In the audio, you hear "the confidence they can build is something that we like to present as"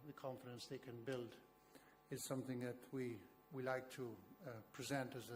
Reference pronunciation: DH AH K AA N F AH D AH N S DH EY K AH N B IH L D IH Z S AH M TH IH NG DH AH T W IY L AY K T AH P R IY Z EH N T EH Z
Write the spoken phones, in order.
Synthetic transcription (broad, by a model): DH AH K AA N F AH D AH N S DH EY K AH N B IH L D IH Z S AH M TH IH NG DH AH T W IY L AY K T AH P R IY Z EH N T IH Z